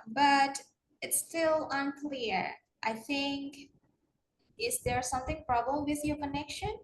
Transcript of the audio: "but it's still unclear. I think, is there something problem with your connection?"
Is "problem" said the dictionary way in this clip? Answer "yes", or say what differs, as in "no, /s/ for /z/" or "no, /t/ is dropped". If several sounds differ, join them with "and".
no, /l/ is dropped